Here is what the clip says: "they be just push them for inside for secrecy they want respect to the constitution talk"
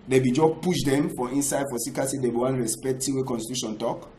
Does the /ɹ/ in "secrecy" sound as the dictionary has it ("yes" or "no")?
no